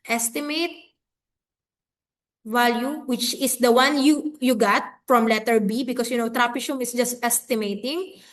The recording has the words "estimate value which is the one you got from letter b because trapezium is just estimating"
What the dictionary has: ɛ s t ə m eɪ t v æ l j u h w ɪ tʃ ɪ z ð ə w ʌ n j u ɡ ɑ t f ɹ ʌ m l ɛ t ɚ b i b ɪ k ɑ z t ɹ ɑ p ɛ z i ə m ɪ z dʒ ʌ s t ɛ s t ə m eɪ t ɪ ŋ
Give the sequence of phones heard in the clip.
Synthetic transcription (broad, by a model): ɛ s t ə m eɪ t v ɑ l j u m w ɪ tʃ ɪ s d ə w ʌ n j u ɡ ɑ t f ɹ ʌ m l ɛ t ɚ b i b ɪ k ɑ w t ɹ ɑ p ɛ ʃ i m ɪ s dʒ ʌ s t ɛ s t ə m eɪ t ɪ ŋ